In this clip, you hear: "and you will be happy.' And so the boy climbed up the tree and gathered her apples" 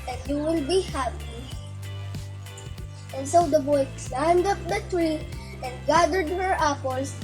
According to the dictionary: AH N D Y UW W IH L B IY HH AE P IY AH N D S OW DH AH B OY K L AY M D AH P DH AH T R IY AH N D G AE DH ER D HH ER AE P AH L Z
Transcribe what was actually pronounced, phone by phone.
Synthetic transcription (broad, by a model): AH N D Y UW W IH L B IY HH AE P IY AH N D S OW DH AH B OY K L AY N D AH P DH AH T R IY AH N D G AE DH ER D HH ER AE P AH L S